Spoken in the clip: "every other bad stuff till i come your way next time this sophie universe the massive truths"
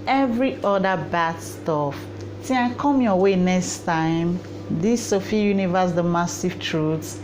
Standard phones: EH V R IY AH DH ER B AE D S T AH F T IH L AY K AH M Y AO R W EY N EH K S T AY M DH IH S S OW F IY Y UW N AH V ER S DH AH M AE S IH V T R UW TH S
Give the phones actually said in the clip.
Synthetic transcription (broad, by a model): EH V R IY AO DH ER B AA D S T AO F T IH AY K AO M Y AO W EY N EH K S T AY M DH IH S S OW F IY Y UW N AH V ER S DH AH M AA S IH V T R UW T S